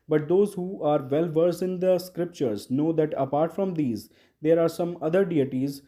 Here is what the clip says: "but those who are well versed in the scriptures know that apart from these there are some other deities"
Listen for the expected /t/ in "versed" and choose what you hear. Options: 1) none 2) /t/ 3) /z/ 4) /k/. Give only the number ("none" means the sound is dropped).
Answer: 1